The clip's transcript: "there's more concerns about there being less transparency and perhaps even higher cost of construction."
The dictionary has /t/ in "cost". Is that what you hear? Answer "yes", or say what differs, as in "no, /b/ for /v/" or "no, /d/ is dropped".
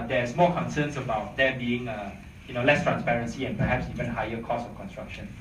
no, /t/ is dropped